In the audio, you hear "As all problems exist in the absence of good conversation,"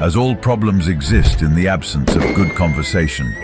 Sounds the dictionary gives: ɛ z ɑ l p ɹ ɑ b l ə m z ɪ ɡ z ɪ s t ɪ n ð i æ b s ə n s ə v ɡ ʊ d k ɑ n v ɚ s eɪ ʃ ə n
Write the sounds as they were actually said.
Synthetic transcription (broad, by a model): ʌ z ɑ l p ɹ ɑ b l ə m z ɪ ɡ z ɪ s t ɪ n ð i æ b s ə n s ə v ɡ ʊ d k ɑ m v ɚ s eɪ ʃ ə n